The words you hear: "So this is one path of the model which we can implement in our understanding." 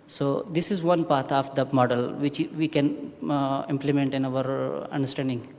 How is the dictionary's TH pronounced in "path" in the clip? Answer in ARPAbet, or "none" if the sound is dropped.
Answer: T